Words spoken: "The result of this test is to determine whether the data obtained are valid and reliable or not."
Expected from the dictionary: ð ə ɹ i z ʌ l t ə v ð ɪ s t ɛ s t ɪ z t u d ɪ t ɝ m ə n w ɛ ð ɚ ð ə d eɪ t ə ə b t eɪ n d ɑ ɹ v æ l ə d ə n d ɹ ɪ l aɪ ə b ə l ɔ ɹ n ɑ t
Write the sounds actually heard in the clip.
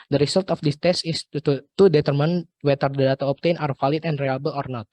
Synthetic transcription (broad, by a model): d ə ɹ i s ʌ l t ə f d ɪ s t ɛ s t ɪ s t u d ɪ t ɝ m ə n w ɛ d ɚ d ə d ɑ t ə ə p t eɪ n ɑ ɹ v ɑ l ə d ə n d ɹ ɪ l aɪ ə b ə l ɔ ɹ n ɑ t